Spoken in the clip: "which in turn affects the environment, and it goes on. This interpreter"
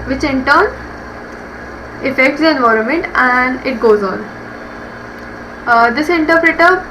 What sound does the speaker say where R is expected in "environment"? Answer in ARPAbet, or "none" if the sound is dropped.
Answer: R